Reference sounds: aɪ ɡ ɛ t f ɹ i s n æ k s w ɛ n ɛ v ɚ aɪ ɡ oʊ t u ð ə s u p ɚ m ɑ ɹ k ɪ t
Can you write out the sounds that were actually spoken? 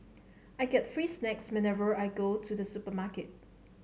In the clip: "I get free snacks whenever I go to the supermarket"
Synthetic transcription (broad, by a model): aɪ ɡ ɛ t f ɹ i s n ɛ k s w ɛ n ɛ v ɚ aɪ ɡ oʊ t u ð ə s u p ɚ m ɑ k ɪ t